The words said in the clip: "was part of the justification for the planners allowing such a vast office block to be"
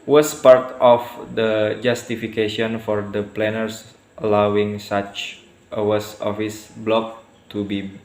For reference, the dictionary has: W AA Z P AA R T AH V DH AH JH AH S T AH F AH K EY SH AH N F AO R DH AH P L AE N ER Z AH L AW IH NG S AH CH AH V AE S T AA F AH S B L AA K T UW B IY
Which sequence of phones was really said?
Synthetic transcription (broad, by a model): W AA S P AA R T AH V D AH JH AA S T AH F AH K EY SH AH N F AO R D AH P L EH N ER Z AH L AW IH NG S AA CH AH W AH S AA F AH S B L AA K T UW B IY